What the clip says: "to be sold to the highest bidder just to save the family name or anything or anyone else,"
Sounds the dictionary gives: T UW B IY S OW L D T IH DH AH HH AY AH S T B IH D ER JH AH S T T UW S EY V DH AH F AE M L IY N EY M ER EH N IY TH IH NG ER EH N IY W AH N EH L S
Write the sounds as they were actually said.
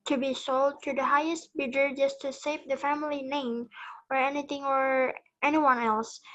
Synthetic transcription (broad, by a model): T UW B IY S OW L D T IH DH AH HH AY AH S T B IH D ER JH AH S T T UW S EY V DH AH F AE M L IY N EY M ER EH N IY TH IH NG ER EH N IY W AH N EH L S